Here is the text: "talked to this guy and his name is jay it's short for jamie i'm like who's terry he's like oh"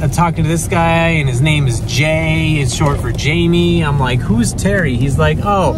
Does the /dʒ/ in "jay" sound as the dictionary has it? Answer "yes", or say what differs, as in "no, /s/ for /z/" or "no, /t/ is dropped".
yes